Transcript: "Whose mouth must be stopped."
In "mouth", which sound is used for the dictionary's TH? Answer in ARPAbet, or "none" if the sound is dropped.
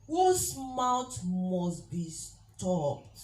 T